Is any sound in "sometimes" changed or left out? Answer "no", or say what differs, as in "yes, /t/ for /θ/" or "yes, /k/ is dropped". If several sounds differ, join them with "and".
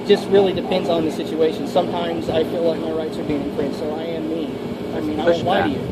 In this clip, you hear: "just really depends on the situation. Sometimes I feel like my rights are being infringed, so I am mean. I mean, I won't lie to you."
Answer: no